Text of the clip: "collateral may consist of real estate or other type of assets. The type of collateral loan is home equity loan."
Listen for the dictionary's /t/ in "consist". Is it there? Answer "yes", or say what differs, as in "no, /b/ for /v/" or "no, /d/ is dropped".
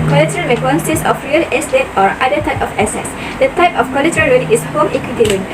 no, /t/ is dropped